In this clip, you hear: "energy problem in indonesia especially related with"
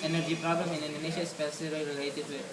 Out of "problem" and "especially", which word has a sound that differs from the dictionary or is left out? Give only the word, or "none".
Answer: especially